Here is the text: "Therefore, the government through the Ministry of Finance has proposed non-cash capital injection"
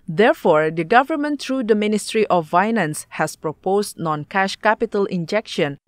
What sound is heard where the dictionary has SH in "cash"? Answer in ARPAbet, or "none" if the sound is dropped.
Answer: SH